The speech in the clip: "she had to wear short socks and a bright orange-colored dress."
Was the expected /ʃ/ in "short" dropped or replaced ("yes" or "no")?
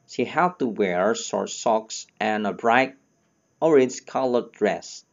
yes